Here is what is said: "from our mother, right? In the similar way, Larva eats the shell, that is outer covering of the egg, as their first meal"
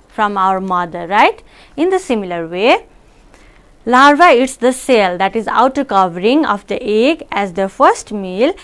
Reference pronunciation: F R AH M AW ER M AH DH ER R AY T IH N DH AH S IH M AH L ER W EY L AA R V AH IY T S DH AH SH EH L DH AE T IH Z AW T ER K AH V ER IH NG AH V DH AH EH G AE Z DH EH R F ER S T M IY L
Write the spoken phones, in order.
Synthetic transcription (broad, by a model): F R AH M AW ER M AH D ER R AY T IH N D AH S IH M AH L ER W EY L AA R V AH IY T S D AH S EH L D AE T IH Z AW T ER K AH V ER IH NG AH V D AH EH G AE Z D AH F ER S T M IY L